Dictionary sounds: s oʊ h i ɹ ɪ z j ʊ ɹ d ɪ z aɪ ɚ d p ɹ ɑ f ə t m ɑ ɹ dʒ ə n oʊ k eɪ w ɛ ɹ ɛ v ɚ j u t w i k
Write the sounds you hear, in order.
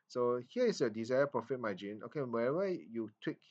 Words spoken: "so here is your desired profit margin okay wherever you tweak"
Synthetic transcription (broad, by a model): s oʊ h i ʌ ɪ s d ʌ d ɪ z aɪ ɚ p ɹ ɑ f ə t m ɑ dʒ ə n oʊ k eɪ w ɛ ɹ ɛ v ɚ j u t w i k